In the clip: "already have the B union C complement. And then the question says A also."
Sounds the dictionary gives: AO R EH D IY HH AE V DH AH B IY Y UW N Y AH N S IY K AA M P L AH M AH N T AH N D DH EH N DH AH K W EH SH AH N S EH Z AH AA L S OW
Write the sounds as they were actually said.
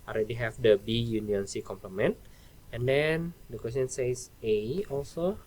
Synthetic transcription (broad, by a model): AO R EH D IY HH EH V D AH B IY Y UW N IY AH N S IY K AA M P L AH M AH N T AH N D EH N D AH K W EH S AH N S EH S AH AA L S OW